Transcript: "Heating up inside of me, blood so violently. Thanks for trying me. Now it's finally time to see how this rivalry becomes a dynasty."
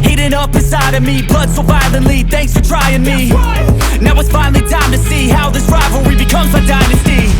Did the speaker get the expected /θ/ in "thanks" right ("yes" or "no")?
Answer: yes